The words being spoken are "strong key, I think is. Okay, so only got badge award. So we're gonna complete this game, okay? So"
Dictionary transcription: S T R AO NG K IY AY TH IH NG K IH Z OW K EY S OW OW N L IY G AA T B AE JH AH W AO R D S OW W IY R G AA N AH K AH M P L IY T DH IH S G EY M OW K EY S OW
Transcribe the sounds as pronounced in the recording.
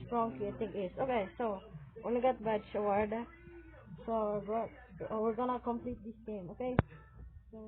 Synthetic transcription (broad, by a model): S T R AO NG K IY AY T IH NG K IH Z OW K EY S OW OW N L IY G AA T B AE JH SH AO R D S OW W IY R G AA N AH K AH M P L IY T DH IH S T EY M OW K EY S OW